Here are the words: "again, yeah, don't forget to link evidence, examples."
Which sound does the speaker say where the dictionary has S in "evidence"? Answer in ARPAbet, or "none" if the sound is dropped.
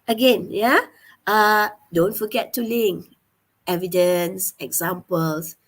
S